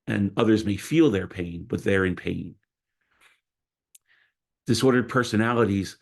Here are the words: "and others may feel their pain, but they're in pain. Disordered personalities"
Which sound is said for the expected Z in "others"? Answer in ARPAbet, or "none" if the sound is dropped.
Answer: Z